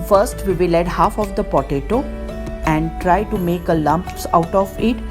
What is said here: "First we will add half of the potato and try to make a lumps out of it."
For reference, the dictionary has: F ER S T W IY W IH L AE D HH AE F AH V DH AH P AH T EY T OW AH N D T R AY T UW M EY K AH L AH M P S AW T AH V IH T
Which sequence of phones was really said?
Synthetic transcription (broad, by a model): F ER S T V IY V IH L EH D HH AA F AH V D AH P AH T EY T OW AH N D T R AY T UW M EY K AH L AH M P S AW T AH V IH T